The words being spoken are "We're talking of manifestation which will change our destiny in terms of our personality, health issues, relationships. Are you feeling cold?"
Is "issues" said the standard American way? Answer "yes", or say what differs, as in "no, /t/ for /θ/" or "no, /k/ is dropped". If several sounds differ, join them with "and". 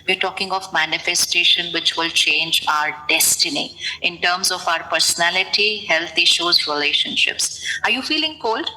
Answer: yes